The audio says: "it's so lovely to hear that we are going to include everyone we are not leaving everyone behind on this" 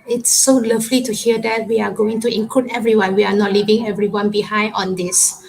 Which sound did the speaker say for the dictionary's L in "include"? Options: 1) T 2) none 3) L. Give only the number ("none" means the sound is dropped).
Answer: 2